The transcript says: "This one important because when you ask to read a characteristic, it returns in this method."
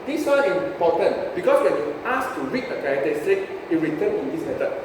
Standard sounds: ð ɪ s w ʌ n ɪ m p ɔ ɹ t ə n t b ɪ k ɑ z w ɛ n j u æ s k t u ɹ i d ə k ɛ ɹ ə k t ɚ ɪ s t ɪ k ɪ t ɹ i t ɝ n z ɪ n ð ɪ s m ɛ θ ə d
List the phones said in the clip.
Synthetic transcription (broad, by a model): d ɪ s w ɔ ɪ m p ɔ t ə n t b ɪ k ɑ s w ɛ n j u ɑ s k t u ɹ i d ə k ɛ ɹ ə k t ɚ s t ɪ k ɪ t ɹ i t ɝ n ɪ n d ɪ s m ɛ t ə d